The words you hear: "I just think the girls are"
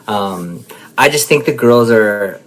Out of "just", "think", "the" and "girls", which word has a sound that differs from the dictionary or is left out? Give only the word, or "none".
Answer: none